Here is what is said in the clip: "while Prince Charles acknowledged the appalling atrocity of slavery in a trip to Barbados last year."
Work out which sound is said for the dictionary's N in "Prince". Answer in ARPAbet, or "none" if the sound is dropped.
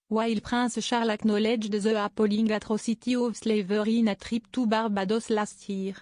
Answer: none